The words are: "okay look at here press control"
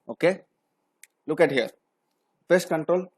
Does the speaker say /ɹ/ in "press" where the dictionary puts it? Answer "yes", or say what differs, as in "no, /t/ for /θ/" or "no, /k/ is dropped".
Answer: no, /ɹ/ is dropped